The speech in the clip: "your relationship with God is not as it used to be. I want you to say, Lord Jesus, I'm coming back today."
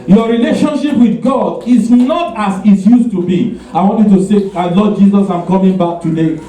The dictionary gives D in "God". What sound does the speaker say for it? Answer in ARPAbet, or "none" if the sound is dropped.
D